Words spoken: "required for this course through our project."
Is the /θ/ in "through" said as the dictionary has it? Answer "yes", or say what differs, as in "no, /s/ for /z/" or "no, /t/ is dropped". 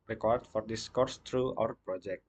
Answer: no, /t/ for /θ/